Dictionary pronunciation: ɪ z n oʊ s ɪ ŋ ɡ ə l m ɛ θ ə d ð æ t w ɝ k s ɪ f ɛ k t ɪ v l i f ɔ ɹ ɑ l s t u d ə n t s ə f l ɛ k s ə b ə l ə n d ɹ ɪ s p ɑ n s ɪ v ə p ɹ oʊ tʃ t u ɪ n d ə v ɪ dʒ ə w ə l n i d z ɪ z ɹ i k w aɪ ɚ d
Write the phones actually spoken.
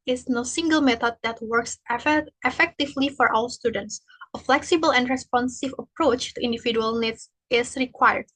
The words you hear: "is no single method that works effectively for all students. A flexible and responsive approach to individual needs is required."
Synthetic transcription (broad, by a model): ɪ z n oʊ s ɪ ŋ ɡ ə l m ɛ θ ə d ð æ t w ɝ k s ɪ f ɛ k t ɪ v l i f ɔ ɹ ɑ l s t u d ə n t s ə f l ɛ k s ə b ə l ə n d ɹ ɪ s p ɑ n s ɪ v ə p ɹ oʊ tʃ t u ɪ n d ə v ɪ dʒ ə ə l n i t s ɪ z ɹ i k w aɪ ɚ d